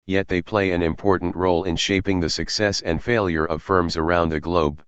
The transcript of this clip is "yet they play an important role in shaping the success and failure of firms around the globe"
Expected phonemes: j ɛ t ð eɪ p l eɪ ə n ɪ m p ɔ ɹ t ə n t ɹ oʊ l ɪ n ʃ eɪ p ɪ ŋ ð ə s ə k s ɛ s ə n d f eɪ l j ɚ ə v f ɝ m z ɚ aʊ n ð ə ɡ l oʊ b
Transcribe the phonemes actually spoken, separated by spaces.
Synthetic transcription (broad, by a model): j ɛ t ð eɪ p l eɪ ə n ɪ m p ɔ ɹ t n t ɹ oʊ l ɪ n ʃ eɪ p ɪ ŋ ð ə s ə k s ɛ s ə n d f eɪ l j ɚ ə v f ɝ m z ɚ aʊ n ð ə ɡ l oʊ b